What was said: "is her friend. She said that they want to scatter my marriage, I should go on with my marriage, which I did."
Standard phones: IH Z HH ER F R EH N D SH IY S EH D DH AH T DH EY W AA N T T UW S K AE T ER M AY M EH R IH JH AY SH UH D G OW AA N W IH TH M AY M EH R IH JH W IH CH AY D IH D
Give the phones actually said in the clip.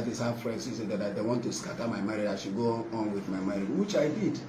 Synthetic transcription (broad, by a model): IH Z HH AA F R EH N D S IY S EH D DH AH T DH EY W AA N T T UW S K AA T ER M AY M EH R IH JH AY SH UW G OW AA N W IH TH M AY M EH R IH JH W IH CH AY D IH D